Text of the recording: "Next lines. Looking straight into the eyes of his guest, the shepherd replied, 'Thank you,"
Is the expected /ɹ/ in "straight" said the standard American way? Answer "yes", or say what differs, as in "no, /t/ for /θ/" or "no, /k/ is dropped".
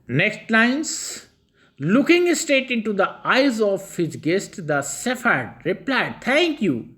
no, /ɹ/ is dropped